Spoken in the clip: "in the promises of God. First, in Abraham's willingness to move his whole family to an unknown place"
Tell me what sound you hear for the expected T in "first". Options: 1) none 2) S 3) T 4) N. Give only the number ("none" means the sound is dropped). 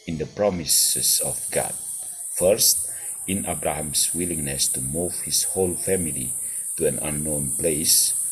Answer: 3